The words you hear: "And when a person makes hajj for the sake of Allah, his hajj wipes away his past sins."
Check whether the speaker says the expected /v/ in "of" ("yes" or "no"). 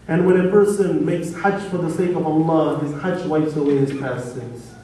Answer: yes